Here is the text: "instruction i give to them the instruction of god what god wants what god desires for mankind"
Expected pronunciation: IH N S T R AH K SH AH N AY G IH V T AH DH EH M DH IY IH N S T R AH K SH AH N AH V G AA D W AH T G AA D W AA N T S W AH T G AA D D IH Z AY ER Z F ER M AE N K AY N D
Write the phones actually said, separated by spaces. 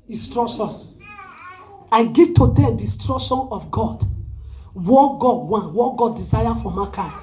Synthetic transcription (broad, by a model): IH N S T R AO K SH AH N AY G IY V T AH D EH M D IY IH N S T R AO K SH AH N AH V G AA D W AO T G AA D W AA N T W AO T G AA D D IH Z AY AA F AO M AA K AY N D